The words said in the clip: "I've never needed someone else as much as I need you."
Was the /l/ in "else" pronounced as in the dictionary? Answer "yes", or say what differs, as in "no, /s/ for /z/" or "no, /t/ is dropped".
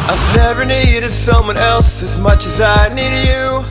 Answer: yes